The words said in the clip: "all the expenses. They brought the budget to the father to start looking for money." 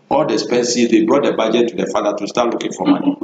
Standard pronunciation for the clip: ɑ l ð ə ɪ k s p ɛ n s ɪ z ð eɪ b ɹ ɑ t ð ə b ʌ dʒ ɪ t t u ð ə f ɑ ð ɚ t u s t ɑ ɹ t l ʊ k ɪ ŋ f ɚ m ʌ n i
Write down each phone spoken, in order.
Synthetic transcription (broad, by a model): ɑ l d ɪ s p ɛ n s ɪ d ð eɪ b ɹ ɑ t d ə b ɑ dʒ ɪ t t u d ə f ɑ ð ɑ t u s t ɑ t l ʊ k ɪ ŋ f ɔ m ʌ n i